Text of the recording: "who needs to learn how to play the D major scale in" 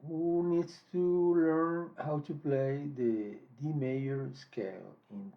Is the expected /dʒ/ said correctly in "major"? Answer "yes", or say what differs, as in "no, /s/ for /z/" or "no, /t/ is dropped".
no, /dʒ/ is dropped